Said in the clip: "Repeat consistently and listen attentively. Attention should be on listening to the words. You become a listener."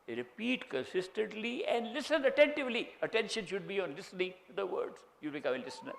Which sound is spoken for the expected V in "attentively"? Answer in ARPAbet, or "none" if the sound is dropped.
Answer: V